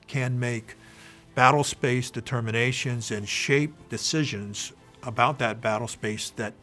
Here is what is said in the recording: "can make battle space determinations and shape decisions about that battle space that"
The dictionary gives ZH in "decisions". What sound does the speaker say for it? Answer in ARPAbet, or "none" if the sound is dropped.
ZH